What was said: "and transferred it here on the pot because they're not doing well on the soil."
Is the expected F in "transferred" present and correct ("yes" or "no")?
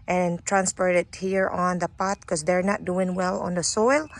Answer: no